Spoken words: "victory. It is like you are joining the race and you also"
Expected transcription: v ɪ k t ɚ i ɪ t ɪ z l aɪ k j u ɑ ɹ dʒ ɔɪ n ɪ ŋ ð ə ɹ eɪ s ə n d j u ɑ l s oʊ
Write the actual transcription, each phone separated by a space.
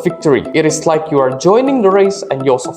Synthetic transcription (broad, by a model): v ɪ k t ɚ i ɪ t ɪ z l aɪ k j u ɑ ɹ dʒ ɔɪ n ɪ ŋ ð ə ɹ eɪ s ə n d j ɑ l s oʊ